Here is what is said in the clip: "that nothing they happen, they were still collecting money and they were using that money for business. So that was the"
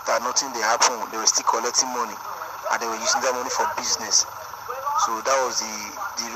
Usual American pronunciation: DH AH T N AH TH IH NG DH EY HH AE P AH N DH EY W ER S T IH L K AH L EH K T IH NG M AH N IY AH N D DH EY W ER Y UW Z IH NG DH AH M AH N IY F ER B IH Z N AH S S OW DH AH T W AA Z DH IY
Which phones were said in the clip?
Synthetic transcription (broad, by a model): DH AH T N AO T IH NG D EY HH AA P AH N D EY W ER S T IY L K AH L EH K T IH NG M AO N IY AH N D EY W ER Y UW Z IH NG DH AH M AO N IY F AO B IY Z N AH S S OW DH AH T W AA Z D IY